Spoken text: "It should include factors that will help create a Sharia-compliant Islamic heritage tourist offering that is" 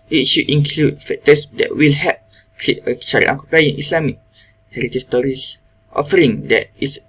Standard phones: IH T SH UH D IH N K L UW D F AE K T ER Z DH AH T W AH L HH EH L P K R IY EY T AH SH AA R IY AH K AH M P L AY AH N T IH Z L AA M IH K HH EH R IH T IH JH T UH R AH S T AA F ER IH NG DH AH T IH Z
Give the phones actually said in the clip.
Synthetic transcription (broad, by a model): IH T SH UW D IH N K L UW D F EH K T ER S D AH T W AH L HH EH P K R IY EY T AH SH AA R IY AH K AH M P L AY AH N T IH S L AA M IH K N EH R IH T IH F T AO R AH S T AA F ER IH NG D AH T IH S